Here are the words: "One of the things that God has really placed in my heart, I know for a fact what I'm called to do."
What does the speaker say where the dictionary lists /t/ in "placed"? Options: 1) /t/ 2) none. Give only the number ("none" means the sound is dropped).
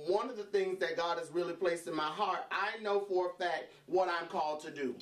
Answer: 1